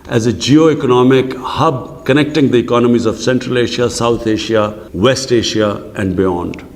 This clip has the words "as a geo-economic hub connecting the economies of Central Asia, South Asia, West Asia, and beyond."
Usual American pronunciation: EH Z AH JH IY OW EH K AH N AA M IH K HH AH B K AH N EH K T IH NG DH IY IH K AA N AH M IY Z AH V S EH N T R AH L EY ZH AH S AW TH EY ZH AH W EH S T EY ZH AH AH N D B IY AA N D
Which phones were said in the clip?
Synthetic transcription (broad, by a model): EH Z AH JH IY OW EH K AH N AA M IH K HH AH B K AH N EH K T IH NG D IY IH K AA N AH M IY Z AH V S EH N T R AH L EY SH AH S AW T EY SH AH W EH S T EY SH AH AH N D B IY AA N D